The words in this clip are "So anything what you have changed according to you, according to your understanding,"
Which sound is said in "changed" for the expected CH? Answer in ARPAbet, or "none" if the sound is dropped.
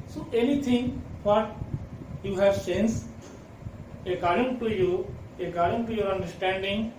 S